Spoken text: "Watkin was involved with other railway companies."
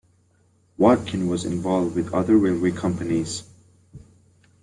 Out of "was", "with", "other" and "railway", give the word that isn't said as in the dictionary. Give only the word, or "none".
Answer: railway